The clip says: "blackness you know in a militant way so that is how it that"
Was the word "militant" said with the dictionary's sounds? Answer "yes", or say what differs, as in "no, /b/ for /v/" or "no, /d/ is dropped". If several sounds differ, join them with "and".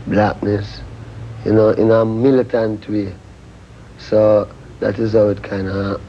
yes